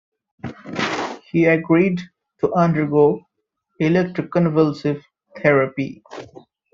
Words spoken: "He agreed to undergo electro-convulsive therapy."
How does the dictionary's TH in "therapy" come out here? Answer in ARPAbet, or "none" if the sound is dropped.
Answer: T